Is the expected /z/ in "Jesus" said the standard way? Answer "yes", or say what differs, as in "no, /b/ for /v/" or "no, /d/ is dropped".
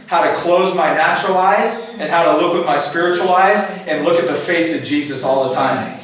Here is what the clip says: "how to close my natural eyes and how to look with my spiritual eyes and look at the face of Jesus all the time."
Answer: yes